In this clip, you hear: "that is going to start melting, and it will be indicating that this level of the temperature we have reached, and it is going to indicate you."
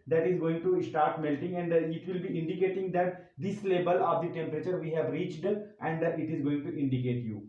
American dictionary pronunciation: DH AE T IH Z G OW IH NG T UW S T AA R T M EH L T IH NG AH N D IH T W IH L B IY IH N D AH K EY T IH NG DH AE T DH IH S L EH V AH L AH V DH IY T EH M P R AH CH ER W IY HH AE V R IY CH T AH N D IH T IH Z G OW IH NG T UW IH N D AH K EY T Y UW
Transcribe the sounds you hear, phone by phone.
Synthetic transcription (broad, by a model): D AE T IH Z G OW IH NG T UW S T AA R T M EH L T IH NG AH N D IH T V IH L B IY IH N D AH K EY T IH NG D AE T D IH S L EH B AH L AH V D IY T EH M P R AH CH ER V IY HH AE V R IY CH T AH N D IH T IH Z G OW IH NG T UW IH N D AH K EY T Y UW